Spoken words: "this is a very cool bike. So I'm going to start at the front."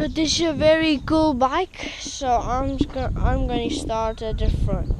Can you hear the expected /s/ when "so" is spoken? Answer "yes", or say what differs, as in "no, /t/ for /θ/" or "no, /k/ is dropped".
yes